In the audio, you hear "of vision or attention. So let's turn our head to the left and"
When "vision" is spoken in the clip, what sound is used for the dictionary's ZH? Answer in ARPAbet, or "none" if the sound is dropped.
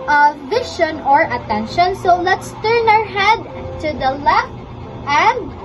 SH